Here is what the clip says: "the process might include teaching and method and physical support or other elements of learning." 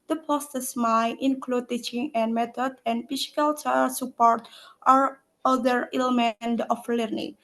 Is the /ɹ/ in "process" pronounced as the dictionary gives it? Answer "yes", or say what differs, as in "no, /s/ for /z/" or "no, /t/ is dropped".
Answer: no, /ɹ/ is dropped